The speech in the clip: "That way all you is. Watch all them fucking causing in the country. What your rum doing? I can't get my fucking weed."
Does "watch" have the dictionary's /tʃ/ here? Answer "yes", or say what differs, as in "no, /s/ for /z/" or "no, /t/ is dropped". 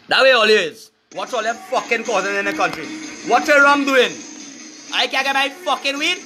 no, /s/ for /tʃ/